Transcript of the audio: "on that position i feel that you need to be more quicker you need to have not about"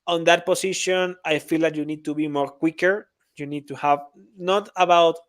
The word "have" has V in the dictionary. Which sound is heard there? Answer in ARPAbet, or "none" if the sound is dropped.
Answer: V